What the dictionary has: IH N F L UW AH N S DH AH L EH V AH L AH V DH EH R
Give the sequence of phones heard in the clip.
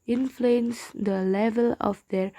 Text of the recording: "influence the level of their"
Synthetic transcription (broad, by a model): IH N F L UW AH N S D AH L EH V AH L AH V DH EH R